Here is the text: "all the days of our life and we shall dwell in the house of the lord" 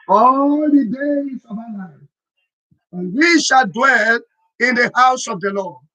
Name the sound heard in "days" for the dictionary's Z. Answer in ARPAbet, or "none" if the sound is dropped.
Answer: S